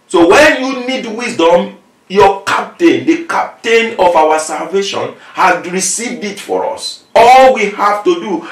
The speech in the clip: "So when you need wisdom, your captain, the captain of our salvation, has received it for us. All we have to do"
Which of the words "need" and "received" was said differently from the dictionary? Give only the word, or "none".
none